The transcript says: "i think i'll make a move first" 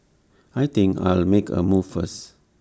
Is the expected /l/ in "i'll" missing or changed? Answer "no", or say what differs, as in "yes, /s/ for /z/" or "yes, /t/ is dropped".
no